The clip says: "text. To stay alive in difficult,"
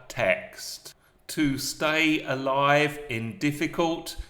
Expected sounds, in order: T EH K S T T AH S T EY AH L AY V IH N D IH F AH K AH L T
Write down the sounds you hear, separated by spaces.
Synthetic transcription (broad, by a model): T EH K S T T AH S T EY AH L AY V IH N D IH F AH K AH L T